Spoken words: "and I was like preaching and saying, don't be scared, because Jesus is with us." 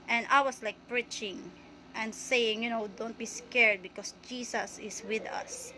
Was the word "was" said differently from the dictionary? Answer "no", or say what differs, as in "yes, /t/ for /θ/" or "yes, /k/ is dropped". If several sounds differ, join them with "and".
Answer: yes, /s/ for /z/